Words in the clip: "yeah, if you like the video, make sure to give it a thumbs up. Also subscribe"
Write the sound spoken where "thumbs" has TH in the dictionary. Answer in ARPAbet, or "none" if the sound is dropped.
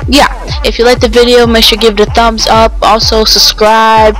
TH